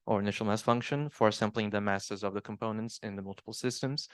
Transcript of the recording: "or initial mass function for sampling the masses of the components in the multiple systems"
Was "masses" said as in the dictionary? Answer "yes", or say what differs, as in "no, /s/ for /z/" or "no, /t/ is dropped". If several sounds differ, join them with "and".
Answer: yes